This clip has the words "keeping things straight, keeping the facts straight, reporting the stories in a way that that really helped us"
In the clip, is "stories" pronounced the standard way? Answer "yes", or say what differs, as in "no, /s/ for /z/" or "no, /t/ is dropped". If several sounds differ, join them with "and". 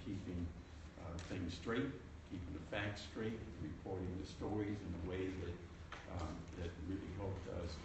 yes